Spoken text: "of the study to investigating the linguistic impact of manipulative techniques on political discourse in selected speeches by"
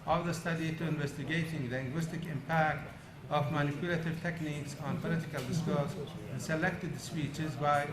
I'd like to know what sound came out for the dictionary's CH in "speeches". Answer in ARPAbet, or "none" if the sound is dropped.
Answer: CH